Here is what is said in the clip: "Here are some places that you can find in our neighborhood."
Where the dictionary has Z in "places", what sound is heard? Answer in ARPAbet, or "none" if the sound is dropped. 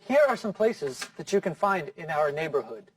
Z